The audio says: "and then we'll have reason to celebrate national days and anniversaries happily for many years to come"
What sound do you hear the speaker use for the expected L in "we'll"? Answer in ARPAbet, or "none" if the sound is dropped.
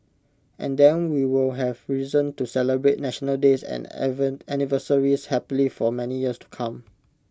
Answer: L